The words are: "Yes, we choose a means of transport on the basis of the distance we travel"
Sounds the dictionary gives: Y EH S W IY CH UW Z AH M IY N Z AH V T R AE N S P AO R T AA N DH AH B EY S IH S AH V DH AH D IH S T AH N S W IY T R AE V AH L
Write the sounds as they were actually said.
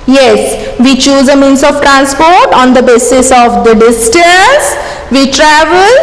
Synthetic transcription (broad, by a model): Y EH S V IY CH UW Z AH M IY N S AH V T R AE N S P AO R T AA N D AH B EY S IH S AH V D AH D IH S T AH S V IY T R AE V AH L